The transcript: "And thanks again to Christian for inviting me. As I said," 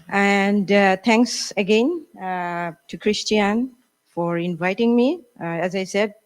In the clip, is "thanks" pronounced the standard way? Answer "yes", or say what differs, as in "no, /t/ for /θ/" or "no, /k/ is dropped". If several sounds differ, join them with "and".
no, /t/ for /θ/